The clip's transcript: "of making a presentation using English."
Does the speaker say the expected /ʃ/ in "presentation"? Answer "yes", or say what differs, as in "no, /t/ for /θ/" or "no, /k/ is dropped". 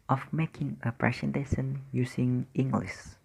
no, /s/ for /ʃ/